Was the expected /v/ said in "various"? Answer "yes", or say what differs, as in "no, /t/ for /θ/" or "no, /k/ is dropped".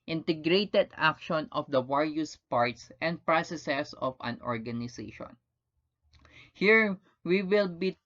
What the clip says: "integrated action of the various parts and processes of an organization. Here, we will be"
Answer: no, /w/ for /v/